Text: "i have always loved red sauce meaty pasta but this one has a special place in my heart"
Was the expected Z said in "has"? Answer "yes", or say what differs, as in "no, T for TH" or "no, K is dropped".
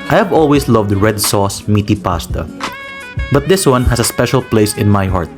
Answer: no, S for Z